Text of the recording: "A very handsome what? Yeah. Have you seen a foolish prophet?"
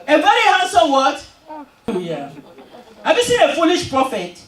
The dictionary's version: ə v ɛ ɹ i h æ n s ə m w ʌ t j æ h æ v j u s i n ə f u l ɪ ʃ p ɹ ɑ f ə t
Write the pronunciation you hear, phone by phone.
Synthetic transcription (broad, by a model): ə v ɛ ɹ i h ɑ s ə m w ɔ t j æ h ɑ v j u s i n ə f u l ɪ ʃ p ɹ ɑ f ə t